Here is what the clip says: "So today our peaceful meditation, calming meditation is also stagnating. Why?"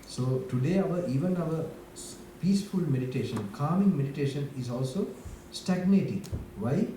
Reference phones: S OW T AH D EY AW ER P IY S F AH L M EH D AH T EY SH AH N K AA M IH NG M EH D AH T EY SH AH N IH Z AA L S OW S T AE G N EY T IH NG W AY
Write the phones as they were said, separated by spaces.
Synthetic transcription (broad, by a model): S OW T AH D EY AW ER P IY S F AH L M EH D AH T EY SH AH N K AA M IH NG M EH D AH T EY SH AH N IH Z AA L S OW S T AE G N EY T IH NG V AY